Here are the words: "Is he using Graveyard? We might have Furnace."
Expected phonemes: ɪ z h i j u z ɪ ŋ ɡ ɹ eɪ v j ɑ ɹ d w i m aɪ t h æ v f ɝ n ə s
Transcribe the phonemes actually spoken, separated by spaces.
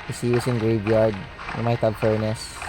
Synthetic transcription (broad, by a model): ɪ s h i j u s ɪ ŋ ɡ ɹ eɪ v j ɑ ɹ d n m aɪ t h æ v f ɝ n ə s